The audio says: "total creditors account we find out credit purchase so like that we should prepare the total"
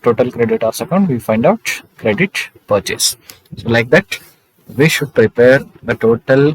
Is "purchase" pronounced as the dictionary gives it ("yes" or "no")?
yes